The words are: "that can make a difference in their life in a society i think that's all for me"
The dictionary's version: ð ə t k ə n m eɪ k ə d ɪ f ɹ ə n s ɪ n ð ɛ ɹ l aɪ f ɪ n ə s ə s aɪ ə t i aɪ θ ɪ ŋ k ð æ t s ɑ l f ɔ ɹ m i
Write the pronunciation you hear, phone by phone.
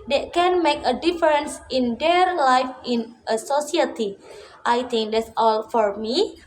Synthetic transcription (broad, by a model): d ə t k ə n m eɪ k ə d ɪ f ɹ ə n s ɪ n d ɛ ɹ l aɪ f ɪ n ə s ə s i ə t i aɪ t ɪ ŋ k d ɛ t s ɑ l f ɔ ɹ m i